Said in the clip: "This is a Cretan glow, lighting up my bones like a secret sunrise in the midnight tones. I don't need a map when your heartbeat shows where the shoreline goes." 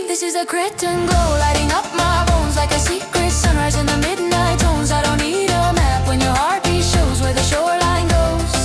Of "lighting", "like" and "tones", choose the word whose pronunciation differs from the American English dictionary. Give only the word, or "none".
none